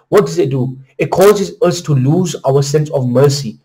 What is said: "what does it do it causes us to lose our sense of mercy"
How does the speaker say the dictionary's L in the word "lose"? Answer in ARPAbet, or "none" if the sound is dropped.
L